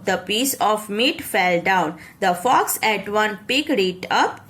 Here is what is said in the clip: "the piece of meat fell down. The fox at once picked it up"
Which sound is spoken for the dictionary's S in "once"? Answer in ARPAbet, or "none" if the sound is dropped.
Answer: none